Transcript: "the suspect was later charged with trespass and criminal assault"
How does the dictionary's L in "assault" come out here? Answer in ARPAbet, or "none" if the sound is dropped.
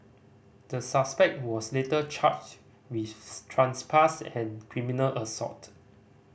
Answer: none